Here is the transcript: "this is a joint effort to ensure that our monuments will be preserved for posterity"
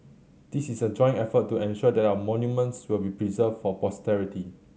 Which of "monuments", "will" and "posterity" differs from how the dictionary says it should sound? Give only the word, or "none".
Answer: none